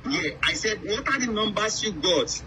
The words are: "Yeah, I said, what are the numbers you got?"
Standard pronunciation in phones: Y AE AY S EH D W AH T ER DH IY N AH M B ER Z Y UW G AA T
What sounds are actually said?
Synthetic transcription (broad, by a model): Y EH AY S EH D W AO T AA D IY N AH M B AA S Y UW G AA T